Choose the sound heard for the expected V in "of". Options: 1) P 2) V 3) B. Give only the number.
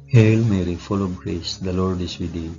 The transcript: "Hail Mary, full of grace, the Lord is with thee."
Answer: 3